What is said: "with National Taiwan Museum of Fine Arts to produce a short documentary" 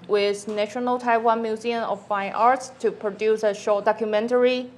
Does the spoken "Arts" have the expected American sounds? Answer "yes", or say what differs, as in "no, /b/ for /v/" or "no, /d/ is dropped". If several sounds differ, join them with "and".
yes